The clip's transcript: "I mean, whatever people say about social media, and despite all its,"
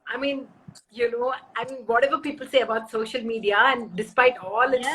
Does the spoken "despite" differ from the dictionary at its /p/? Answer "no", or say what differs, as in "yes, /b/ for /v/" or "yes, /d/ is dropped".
no